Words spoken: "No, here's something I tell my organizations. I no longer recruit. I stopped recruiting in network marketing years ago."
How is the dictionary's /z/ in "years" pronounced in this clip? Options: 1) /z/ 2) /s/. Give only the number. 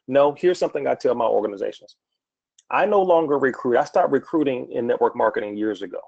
1